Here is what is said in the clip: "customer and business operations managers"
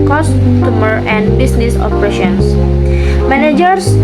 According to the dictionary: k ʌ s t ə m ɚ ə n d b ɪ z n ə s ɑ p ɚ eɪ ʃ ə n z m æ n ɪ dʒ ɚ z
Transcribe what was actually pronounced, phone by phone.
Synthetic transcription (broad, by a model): k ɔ s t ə m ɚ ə n b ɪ s n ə s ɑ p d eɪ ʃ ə n s m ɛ n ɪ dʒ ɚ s